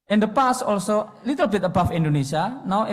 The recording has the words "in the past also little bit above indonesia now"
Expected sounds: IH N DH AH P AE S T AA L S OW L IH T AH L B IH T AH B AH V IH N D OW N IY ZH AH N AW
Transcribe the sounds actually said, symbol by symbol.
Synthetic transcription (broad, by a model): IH N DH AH P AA S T AA L S OW L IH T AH L B IH T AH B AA F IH N D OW N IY S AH N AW